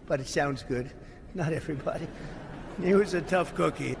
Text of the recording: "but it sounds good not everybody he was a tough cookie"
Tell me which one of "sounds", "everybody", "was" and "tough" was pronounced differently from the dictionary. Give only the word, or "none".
none